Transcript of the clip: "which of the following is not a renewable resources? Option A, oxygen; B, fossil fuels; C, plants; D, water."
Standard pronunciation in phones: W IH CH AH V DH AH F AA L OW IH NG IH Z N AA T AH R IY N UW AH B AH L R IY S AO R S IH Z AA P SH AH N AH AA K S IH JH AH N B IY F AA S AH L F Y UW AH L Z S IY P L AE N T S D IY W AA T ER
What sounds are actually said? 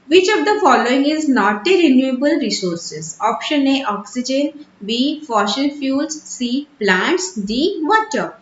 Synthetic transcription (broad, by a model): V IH CH AH V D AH F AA L OW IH NG IH Z N AA T AH R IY N UW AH B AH L R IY S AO R S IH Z AA P SH AH N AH AA K S IH JH AH N B IY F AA SH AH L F Y UW L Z S IY P L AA N T S D IY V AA T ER